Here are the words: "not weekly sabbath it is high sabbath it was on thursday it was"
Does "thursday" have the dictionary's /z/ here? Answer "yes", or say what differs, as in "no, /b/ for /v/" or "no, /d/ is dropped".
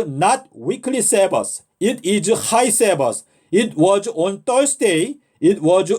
no, /s/ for /z/